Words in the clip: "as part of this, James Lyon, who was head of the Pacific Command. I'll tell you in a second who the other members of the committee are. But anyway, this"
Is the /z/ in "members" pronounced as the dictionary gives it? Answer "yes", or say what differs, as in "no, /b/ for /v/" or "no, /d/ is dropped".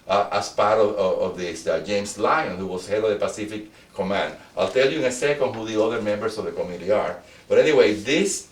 no, /s/ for /z/